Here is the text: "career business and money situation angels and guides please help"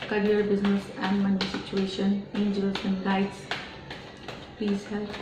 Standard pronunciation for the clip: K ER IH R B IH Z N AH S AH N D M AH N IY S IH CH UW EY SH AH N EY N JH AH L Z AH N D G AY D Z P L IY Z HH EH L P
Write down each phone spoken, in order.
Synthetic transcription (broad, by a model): K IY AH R B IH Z N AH S AH N D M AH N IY S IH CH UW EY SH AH N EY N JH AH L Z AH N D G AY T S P IY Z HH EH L